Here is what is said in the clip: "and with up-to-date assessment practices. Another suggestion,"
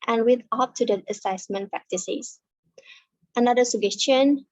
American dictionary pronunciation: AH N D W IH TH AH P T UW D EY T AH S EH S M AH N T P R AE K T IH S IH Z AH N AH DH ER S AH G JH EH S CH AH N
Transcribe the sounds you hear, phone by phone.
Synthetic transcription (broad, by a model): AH N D W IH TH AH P T UW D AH AH S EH S M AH N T P R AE K T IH S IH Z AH N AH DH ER S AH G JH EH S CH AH N